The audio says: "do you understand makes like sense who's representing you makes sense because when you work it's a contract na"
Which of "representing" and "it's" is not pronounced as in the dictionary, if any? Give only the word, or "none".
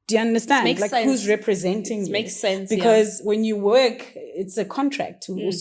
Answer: none